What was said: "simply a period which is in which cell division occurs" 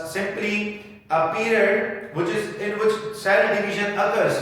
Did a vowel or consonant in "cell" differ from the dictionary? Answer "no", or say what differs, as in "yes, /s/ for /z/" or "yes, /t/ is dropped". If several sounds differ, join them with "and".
yes, /n/ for /l/